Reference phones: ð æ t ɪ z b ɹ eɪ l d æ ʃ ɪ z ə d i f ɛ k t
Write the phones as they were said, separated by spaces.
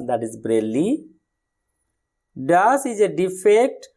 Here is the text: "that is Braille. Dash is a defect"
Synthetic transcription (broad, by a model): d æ t ɪ z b ɹ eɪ l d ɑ s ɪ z ə d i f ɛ k t